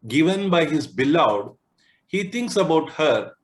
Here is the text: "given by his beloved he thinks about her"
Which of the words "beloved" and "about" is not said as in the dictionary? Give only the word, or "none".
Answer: beloved